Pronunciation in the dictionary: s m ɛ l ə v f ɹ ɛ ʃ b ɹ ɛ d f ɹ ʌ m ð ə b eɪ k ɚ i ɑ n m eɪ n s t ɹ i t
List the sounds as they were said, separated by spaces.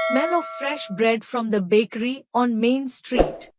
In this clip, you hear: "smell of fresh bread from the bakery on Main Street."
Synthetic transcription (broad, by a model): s m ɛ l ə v f ɹ ɛ ʃ b ɹ ɛ d f ɹ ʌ m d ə b eɪ k ɚ i ɑ n m eɪ n s t ɹ i t